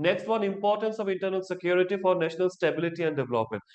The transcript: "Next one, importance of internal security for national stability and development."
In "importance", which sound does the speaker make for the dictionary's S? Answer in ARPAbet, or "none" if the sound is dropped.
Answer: S